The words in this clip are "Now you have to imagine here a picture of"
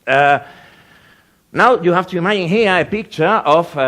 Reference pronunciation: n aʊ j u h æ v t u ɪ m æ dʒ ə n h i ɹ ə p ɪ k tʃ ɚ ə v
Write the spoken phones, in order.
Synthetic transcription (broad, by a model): n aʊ j u h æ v t u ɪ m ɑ ə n h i ə p ɪ k tʃ ɚ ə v